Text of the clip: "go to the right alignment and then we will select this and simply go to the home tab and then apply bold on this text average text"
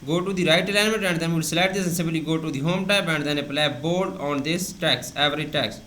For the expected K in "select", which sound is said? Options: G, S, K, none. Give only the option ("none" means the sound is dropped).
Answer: none